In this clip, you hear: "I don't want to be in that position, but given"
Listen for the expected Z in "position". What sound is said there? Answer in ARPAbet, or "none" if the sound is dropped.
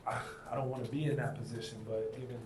Z